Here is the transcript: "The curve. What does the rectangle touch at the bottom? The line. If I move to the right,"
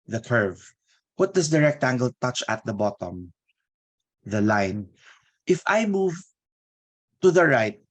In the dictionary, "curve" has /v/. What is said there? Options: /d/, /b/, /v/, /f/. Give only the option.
/v/